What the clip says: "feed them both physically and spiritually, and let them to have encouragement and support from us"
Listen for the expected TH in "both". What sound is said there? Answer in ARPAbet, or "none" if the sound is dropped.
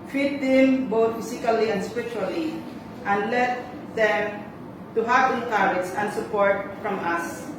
T